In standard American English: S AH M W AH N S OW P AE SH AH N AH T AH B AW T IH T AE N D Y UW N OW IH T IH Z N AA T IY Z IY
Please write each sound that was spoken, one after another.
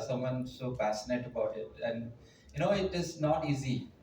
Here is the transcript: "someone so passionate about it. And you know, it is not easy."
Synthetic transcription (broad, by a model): S AH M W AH N S OW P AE S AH N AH T AH B AW T IH T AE N D Y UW N OW IH T IH Z N AA T IY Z IY